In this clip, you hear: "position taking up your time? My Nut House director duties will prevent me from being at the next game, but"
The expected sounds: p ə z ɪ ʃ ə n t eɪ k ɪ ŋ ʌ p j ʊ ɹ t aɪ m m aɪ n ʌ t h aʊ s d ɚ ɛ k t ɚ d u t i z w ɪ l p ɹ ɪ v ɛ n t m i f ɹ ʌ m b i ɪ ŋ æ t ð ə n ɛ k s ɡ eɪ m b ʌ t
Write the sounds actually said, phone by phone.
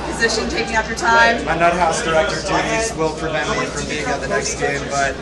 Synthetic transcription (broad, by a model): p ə z ɪ ʃ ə n t eɪ k ɪ ŋ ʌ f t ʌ ɹ t aɪ m m aɪ n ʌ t h aʊ s d ɚ ɛ k t ɚ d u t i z w ɪ l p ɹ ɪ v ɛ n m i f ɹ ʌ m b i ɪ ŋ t ð ə n ɛ k s ɡ eɪ m b ʌ t